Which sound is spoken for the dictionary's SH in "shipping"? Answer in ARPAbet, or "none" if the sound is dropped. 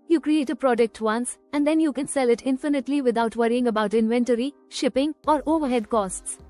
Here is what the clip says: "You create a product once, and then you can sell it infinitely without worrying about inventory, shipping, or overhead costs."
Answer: SH